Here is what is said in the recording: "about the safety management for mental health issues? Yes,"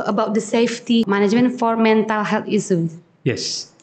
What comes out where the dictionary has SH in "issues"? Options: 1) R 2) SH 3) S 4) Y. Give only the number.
3